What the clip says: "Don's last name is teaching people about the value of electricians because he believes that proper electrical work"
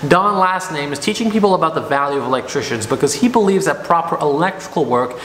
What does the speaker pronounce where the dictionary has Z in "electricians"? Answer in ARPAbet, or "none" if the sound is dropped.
Z